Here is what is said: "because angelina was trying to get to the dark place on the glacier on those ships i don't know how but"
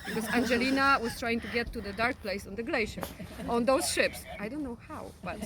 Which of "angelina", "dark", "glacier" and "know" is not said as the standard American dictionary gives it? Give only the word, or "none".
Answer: none